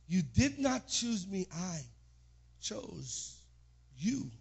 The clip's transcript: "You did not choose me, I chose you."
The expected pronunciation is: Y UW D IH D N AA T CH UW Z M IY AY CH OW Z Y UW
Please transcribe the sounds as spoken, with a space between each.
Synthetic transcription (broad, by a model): Y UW D IH D N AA T CH UW Z M IY AY CH OW Z Y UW